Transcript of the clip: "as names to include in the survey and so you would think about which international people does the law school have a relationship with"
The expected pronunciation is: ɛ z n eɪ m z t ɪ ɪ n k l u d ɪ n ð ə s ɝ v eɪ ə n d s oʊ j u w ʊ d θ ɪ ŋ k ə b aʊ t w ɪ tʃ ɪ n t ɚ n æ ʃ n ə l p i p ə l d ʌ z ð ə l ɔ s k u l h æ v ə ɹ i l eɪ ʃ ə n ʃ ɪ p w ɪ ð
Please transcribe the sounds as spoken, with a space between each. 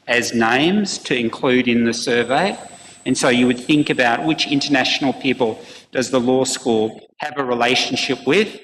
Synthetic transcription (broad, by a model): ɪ z n eɪ m z t ɪ ɪ n k l u d ɪ n ð ə s ɝ v eɪ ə n s oʊ j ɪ w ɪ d θ ɪ ŋ k ə b aʊ t w ɪ tʃ ɪ n t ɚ n æ ʃ n l p i p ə l d ʌ z ð ə l ɔ s k u l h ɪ v ə ɹ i l eɪ ʃ n ʃ ɪ p w ɪ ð